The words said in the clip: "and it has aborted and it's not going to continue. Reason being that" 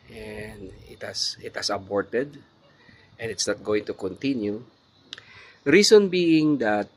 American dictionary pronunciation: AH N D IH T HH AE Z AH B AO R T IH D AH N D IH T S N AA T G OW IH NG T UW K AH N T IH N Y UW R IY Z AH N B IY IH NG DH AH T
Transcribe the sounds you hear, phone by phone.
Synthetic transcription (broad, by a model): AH N D IH T HH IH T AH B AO R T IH D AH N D IH T S N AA T G OW IH NG T UW K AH N T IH N Y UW R IY S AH N B IY IH NG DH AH T